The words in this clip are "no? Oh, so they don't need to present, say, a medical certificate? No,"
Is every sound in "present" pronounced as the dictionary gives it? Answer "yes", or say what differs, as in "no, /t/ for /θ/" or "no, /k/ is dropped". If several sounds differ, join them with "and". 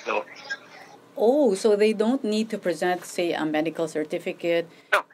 yes